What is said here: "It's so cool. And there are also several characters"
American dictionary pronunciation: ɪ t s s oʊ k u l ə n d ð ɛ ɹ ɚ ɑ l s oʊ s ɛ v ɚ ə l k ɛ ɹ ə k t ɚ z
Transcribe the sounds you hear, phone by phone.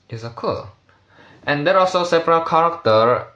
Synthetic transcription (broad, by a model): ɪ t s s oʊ k u l ə n d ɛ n ɑ l s oʊ s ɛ p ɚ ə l k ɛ ɹ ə k t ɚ